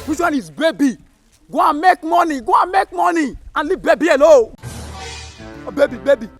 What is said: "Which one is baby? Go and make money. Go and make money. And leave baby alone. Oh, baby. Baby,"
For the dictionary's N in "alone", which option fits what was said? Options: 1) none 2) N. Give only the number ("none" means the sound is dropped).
1